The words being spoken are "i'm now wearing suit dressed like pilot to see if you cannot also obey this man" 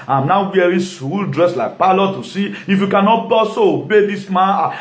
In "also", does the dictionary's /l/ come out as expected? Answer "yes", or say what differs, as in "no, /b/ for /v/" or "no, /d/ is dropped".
no, /l/ is dropped